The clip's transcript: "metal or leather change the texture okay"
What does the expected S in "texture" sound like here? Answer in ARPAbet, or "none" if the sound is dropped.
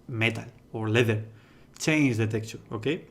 none